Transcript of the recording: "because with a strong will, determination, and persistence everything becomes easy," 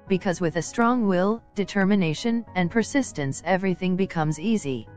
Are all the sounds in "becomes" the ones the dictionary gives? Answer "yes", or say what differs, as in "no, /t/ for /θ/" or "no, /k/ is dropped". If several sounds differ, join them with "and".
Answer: yes